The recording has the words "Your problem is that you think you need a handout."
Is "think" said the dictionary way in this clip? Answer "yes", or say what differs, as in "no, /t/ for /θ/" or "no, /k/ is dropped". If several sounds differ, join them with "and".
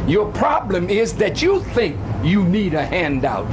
yes